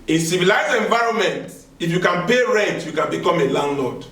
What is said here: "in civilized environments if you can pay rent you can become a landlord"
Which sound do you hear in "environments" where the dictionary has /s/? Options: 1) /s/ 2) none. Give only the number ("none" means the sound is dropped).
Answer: 2